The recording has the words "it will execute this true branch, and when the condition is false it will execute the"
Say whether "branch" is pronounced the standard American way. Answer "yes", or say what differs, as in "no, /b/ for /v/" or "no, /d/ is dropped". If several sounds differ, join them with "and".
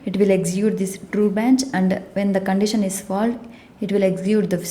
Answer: no, /ɹ/ is dropped